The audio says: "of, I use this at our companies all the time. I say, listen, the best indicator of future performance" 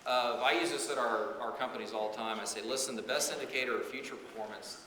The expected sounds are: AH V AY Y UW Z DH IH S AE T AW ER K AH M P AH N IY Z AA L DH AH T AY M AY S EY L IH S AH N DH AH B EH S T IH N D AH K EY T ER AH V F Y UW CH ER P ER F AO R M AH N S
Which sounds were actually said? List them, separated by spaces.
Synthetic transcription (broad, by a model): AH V AY Y UW Z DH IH S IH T AW ER K AH M P AH N IY Z AA L T AY M AY S EY L IH S AH N DH AH B EH S T IH N D AH K EY T ER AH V F Y UW CH ER P ER F AO R M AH N S